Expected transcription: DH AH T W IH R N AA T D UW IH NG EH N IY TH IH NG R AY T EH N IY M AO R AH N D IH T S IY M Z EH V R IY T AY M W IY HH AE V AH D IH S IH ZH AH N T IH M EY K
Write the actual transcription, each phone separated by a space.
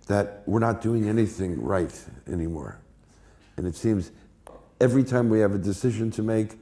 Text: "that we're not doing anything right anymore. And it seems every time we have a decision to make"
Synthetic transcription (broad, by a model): DH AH T W IH R N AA T D UW IH NG EH N IY TH IH NG R AY T EH N IY M AO R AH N IH T S IY M Z EH V R IY T AY M W IY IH V AH D IH S IH ZH AH N T IH M EY K